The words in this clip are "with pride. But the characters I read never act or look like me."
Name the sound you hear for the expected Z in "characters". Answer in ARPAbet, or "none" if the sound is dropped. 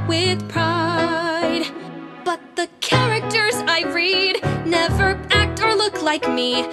Z